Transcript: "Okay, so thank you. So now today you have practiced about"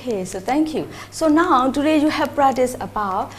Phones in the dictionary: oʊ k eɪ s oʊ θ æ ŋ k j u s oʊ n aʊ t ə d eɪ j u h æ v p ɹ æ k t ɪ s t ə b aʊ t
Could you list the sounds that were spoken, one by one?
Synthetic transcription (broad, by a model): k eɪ s oʊ t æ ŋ k j u s oʊ n aʊ t ə d eɪ j u h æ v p ɹ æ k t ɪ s ə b aʊ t